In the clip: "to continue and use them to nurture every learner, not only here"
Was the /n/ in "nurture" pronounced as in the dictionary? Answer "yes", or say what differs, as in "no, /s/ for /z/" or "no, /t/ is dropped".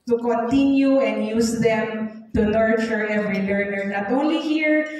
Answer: no, /l/ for /n/